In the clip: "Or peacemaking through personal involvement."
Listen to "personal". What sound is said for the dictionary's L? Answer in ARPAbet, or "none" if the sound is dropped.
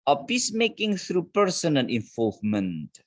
N